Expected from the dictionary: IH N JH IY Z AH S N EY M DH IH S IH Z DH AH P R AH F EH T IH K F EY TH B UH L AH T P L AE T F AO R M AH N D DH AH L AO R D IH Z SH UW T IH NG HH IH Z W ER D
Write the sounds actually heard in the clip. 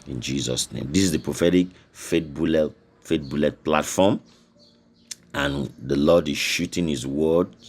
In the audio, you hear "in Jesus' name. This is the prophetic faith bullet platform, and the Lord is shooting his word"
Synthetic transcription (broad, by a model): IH N JH IY Z AH S N EY M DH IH S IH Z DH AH P R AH F EH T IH K F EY T B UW L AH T P L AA T F AO M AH N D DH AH L AO D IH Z SH UW T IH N HH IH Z W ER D